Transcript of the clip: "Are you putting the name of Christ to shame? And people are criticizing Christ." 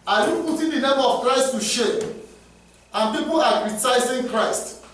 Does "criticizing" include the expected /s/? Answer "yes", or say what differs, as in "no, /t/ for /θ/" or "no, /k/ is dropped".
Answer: no, /s/ is dropped